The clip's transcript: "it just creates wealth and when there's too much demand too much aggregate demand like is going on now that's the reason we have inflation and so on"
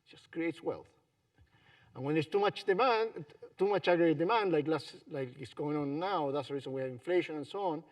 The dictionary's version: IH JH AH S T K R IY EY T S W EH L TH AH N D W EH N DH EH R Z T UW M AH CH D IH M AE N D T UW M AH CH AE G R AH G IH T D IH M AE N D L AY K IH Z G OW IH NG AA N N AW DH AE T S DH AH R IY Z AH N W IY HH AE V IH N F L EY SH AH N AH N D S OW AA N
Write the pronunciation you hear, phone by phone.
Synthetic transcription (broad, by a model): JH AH S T K R IY EY T S W EH L TH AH N W EH N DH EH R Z T UW M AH CH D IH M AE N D T UW M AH CH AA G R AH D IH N D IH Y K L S L AY K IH S G OW IH NG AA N N AW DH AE T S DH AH R IY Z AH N W IY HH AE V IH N F L EY SH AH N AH N S OW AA N